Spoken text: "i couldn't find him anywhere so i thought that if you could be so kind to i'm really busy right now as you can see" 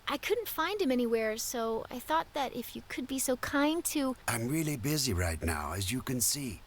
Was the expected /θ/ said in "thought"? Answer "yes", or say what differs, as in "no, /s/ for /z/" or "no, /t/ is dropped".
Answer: yes